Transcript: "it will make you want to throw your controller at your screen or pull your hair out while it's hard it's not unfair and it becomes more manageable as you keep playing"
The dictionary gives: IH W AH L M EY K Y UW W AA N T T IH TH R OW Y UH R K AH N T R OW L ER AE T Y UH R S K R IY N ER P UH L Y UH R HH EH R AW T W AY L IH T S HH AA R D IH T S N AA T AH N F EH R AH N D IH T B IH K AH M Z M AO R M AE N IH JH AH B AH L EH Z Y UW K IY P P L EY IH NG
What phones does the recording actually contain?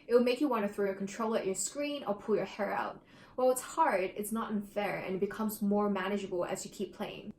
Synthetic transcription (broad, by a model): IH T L M EY K Y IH W AA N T T IH TH R OW Y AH R K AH N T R OW L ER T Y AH R S K R IY N ER P UH L Y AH R HH EH R AW T W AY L IH T S HH AA R D IH T S N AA T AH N F EH R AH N IH T B IH K AH M Z M AO R M AE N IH JH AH B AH L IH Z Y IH K IY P P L EY IH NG